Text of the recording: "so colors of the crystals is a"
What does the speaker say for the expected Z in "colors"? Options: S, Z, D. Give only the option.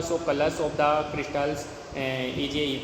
S